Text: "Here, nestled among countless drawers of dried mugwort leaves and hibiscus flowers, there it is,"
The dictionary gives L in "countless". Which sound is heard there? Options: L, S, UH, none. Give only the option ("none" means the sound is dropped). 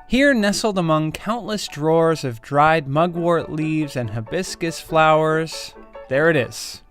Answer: L